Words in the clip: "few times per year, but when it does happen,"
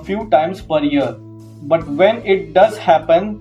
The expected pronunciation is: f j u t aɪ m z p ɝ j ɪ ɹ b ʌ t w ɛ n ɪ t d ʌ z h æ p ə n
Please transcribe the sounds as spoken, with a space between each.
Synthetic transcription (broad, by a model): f j u t aɪ m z p ɝ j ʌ ɹ b ʌ t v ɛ n ɪ t d ʌ z h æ p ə n